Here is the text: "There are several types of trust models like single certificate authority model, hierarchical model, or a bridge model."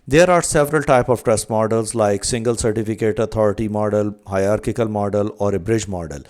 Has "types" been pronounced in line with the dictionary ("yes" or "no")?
no